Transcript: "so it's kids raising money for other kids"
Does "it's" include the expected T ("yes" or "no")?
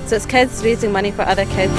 yes